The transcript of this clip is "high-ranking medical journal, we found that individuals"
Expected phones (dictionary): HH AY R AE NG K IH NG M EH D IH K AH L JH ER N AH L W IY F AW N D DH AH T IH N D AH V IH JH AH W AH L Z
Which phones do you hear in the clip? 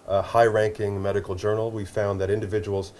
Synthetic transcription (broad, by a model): HH AY R AE NG K IH NG M EH D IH K L JH ER N L W IY F AW N DH AH T IH N D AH V IH JH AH W L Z